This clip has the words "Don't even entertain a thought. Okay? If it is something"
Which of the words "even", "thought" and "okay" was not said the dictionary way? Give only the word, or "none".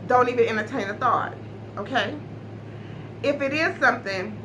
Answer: none